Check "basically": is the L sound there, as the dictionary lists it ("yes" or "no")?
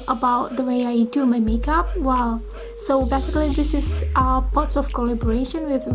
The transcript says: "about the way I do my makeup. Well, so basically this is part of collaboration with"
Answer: yes